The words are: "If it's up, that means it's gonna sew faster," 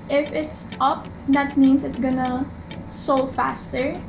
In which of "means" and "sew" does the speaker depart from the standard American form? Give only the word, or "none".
means